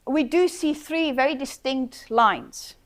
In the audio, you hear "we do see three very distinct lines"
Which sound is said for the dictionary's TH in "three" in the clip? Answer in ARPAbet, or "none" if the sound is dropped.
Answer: TH